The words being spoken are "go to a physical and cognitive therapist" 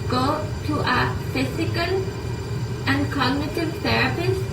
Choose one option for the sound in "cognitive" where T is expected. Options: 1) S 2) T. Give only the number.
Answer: 2